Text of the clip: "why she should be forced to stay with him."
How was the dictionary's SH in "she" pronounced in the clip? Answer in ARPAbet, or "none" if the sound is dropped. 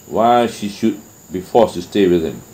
SH